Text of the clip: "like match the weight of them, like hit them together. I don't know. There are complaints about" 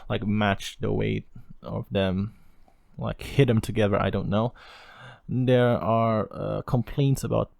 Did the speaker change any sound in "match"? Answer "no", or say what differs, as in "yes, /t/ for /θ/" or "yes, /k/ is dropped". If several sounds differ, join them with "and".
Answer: no